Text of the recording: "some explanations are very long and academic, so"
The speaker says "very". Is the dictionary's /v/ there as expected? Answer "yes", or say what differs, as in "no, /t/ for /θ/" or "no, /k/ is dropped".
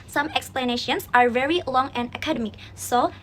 yes